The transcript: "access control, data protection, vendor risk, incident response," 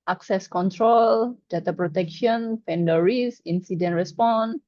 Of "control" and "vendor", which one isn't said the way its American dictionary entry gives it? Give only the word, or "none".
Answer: vendor